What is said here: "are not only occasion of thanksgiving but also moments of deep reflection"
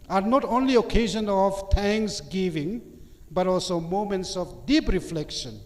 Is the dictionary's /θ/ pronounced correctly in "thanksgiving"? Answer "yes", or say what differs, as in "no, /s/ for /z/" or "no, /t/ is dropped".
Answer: no, /t/ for /θ/